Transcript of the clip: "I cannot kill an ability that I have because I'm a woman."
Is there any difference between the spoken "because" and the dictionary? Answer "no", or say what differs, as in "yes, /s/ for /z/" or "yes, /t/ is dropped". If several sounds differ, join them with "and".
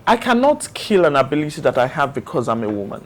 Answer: no